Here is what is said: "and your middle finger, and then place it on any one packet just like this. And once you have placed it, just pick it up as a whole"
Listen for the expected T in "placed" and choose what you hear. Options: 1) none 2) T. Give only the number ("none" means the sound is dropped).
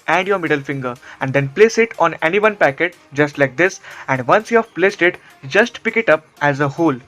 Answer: 2